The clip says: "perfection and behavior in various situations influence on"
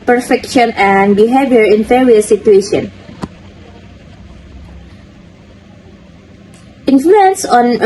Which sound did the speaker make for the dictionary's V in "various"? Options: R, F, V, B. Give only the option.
F